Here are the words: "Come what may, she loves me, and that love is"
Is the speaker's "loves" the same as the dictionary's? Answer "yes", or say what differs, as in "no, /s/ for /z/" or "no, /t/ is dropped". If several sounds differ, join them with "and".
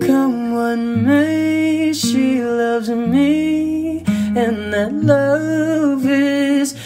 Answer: yes